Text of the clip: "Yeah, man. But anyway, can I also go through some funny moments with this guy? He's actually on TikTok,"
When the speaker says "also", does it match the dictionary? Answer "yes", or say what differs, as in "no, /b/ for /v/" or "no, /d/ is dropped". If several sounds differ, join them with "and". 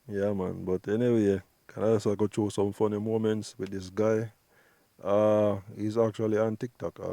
no, /l/ is dropped